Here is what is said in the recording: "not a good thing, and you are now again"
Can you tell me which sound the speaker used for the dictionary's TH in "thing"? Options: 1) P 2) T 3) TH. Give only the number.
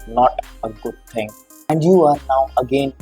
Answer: 2